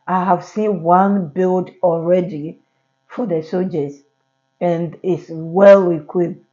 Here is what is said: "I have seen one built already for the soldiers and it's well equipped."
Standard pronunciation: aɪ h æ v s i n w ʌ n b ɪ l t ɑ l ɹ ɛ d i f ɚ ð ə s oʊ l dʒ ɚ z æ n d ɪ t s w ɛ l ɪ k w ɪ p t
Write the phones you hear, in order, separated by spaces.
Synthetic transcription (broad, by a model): aɪ h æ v s i n w ʌ n b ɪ l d ɑ l ɹ ɛ d i f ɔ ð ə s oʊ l dʒ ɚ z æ n d ɪ t s w ɛ l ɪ k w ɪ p